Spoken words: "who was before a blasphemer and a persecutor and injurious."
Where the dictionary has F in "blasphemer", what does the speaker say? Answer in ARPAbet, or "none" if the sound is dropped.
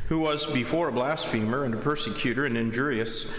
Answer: F